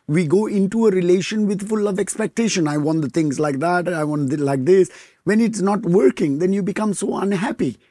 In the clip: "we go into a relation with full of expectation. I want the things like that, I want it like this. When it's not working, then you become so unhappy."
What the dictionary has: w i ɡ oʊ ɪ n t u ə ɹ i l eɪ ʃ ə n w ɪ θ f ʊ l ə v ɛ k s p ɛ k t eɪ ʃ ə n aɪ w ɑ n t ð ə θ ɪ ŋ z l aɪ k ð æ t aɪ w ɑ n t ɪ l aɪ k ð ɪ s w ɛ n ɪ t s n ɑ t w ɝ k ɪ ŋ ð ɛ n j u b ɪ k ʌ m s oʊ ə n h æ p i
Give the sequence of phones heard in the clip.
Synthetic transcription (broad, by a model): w i ɡ oʊ ɪ n t u ə ɹ i l eɪ ʃ ə n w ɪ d f ʊ l ə v ɛ k s p ɛ k t eɪ ʃ ə n aɪ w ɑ n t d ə t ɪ ŋ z l aɪ k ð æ t aɪ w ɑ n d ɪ l aɪ k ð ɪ s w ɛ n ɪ t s n ɑ t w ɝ k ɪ ŋ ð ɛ n j u b ɪ k ʌ m s oʊ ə n h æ p i